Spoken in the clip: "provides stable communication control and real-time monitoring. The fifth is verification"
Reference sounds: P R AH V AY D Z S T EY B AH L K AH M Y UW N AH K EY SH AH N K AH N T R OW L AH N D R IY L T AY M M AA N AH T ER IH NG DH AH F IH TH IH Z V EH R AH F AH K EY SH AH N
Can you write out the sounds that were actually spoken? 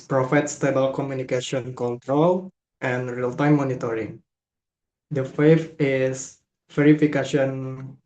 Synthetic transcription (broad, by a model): P R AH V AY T S T EY B AH L K AH M Y UW N AH K EY SH AH N K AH N T R OW L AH N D R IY L T AY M M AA N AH T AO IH NG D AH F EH F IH S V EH R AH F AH K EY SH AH N